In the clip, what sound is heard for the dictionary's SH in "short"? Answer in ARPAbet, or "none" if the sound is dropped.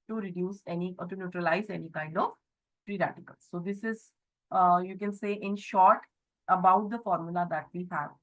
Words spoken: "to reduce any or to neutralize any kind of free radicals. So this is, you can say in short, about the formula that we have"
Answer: SH